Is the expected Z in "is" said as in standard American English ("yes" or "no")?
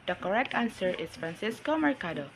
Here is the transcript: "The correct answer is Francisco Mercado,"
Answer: no